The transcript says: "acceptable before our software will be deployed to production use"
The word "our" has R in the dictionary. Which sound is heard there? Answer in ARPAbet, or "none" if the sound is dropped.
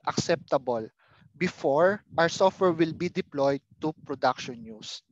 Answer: W